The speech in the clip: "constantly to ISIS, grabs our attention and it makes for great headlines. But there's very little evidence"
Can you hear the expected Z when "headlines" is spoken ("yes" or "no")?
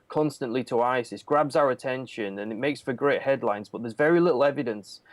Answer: yes